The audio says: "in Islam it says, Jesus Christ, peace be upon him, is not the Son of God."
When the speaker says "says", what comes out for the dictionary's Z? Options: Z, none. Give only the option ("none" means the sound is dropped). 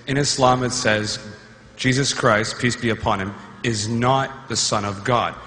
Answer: Z